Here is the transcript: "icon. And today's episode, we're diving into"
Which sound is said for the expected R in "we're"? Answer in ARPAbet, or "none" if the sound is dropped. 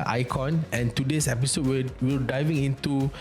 L